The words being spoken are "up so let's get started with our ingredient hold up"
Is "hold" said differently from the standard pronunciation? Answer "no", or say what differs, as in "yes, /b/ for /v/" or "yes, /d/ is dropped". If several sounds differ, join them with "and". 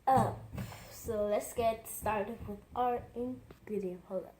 yes, /d/ is dropped